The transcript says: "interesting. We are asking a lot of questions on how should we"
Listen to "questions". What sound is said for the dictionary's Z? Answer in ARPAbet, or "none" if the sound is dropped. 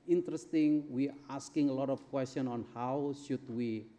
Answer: none